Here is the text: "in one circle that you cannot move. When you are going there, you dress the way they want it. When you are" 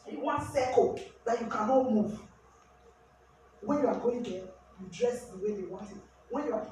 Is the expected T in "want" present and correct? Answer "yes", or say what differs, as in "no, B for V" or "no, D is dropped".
yes